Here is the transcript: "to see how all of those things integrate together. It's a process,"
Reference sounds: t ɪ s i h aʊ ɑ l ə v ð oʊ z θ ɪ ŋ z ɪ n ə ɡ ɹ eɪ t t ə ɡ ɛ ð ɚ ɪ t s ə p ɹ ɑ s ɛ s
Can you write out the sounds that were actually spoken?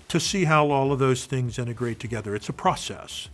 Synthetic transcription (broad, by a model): t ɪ s i h aʊ ɑ l ə v ð oʊ z θ ɪ ŋ z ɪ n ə ɡ ɹ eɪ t t ə ɡ ɛ ð ɚ ɪ t s ə p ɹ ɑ s ɛ s